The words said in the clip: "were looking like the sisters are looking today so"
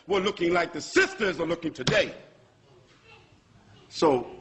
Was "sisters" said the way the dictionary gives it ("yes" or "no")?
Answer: yes